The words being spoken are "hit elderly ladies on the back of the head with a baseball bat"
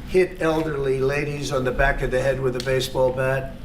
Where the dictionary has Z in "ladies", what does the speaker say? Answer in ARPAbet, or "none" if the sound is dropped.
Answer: Z